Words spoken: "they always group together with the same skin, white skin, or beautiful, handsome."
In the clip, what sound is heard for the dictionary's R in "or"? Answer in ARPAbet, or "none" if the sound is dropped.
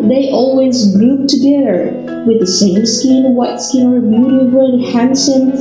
R